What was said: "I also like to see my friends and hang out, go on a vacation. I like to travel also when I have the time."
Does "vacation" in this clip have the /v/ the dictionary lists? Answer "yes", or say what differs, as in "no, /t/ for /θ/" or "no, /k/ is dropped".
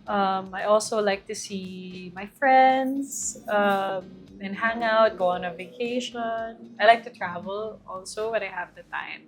yes